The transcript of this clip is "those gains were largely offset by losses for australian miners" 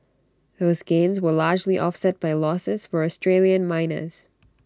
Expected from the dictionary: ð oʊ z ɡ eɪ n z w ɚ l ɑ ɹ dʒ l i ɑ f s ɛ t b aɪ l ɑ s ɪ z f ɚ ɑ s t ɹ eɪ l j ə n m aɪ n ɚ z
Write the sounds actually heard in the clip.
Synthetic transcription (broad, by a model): ð oʊ z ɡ eɪ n z w ɚ l ɑ ɹ dʒ l i ɑ f s ɛ t b aɪ l ɑ s ɪ z f ɚ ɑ s t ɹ eɪ l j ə n m aɪ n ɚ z